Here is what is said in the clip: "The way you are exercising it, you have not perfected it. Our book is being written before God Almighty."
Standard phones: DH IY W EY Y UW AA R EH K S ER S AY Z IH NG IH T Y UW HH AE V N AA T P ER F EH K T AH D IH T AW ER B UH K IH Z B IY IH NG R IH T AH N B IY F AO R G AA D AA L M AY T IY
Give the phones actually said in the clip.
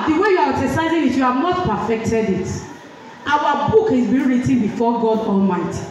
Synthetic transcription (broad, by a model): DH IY W EY Y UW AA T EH S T AY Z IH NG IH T Y UW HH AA V N AA T P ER F EH K T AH D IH T AW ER B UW K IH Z B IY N R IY T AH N B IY F AO G AA D AA L M AY T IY